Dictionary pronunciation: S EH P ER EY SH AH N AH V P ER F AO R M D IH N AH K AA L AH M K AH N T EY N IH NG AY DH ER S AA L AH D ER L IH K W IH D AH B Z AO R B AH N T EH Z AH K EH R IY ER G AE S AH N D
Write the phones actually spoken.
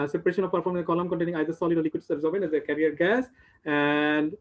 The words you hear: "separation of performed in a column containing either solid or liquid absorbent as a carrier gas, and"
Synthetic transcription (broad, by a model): S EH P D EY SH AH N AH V P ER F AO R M IH AH K AA L AH M K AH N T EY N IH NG AY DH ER S AA L AH D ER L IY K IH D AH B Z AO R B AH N EH Z AH K EH R IY ER G AE S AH N D